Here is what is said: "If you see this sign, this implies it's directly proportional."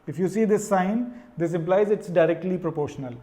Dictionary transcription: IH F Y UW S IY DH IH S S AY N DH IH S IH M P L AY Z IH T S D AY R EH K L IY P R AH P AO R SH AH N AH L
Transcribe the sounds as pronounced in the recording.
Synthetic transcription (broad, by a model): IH F Y UW S IY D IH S S AY N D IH S IH M P L AY Z IH T S D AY R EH K L IY P R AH P AO R SH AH N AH L